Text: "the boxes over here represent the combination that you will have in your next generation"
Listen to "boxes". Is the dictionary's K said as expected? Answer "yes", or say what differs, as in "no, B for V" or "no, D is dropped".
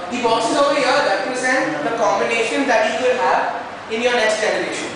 no, K is dropped